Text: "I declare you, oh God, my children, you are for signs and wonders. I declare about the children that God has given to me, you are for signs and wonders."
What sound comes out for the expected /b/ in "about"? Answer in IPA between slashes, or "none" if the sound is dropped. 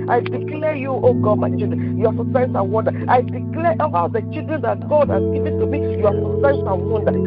none